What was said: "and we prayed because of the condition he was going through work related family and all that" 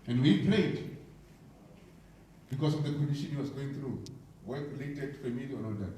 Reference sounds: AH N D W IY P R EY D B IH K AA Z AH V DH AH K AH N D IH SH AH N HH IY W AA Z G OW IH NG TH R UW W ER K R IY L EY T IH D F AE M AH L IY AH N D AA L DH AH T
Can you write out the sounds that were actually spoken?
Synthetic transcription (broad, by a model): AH N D W IY P L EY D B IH K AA S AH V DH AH K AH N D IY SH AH N HH IY W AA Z G OW IH NG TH R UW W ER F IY L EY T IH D F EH M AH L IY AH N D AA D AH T